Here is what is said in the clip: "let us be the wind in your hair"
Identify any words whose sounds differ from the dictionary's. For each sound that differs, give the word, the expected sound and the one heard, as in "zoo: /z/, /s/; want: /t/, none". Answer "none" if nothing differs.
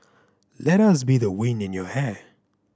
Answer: wind: /d/, none